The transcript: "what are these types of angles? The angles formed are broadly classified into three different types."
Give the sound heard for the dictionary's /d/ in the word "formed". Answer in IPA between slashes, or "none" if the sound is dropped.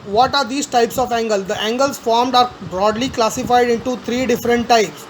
/d/